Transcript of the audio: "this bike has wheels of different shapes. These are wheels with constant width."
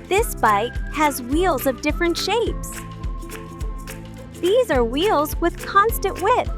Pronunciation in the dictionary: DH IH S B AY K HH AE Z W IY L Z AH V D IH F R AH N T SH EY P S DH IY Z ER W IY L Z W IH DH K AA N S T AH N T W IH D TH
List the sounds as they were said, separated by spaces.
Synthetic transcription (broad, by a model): DH IH S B AY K HH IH Z W IY L Z AH V D IH F R AH N T SH EY P S DH IY Z ER W IY L Z W IH DH K AA N S T AH N T W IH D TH